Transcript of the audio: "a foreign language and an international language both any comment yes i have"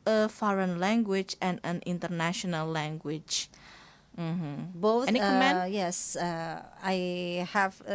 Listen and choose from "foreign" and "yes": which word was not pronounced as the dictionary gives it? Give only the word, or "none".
none